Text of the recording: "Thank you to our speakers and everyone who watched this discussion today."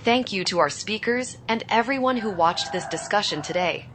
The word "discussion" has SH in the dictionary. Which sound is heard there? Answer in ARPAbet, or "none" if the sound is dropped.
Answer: SH